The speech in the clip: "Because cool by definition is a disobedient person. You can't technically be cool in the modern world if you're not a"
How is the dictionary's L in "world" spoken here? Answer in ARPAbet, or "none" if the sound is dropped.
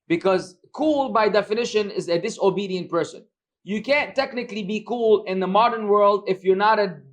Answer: L